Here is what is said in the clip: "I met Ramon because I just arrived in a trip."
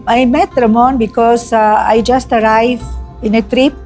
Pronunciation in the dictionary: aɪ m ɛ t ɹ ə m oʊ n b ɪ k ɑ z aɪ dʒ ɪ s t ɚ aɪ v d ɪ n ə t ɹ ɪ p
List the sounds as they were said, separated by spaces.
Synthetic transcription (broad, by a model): aɪ m ɛ t ɹ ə m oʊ n b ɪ k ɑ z aɪ dʒ ɪ s t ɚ aɪ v ɪ n ə t ɹ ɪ p